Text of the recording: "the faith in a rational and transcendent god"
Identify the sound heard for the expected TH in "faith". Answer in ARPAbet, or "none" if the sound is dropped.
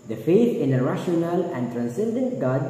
T